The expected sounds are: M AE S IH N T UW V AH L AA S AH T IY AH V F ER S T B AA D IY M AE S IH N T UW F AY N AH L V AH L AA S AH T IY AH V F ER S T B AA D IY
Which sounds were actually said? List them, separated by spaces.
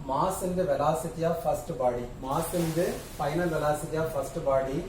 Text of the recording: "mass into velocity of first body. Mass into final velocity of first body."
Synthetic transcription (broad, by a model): M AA S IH N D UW V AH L AA S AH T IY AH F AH S T B AA D IY M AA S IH N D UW P AY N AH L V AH L AA S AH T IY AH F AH S T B AA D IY